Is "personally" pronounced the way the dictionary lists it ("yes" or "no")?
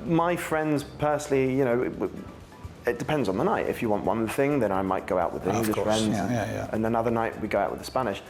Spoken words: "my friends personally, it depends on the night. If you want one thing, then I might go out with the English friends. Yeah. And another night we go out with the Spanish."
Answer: no